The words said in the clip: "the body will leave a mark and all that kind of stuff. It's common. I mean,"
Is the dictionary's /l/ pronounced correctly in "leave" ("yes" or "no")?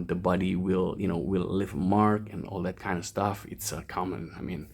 no